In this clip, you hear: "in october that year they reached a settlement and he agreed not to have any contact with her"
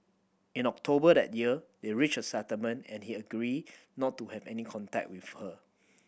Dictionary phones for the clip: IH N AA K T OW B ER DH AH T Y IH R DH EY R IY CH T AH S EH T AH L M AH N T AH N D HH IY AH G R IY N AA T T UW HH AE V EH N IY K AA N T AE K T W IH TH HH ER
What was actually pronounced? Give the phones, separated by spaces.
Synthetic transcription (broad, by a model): IH N AA K T OW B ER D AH T Y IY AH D EY R IY CH AH S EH T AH M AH N AH N HH IY AH G R IY N AA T T UW HH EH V EH N IY K AA N T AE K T W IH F HH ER